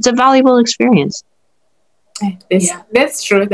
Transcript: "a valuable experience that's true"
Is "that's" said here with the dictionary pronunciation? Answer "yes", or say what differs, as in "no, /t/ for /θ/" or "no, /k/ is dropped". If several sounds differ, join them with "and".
no, /s/ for /t/